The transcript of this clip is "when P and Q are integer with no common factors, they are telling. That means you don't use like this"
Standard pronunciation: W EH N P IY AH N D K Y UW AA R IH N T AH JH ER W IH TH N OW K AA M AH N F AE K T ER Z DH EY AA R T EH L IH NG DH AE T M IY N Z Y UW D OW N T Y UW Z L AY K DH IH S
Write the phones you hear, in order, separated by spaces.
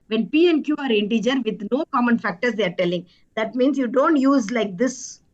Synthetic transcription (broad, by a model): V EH N P IY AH N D K Y UW AA R IH N T AH JH ER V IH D N OW K AA M AH N F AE K T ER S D EY AA R T EH L IH NG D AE T M IY N S Y UW D OW N T Y UW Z L AY K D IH S